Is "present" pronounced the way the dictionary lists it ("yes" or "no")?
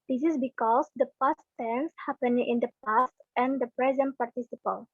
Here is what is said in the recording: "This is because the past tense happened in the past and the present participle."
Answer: yes